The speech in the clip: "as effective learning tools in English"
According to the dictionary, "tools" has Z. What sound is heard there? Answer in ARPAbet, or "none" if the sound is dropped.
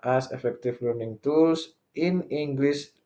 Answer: S